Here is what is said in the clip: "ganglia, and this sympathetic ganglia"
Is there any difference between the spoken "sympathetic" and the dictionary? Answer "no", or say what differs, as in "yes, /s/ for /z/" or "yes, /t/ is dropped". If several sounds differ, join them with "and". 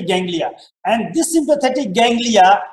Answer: yes, /t/ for /θ/